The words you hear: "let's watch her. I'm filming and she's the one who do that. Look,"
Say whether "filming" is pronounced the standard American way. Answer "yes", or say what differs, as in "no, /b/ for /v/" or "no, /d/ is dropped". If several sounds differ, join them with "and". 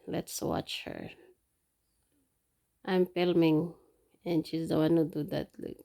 no, /p/ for /f/